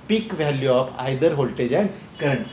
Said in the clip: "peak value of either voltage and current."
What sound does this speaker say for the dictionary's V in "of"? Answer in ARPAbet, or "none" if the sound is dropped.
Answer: P